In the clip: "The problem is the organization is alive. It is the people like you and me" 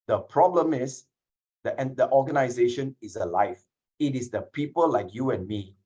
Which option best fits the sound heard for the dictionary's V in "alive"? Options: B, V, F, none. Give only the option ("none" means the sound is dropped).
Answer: F